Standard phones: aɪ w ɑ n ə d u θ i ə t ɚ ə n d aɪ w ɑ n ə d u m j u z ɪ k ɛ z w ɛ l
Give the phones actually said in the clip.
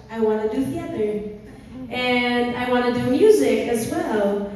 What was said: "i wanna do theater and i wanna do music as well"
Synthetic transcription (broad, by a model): aɪ w ɑ n ə d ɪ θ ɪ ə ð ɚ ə n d aɪ w ɑ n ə d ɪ m j u z ɪ k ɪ z w ɛ l